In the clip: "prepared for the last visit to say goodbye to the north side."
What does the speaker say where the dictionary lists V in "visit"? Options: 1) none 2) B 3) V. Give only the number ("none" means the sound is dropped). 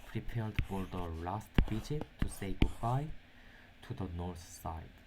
2